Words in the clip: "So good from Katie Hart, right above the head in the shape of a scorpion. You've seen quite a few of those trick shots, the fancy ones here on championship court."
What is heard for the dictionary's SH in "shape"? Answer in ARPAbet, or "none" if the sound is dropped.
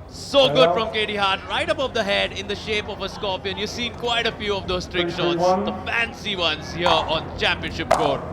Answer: SH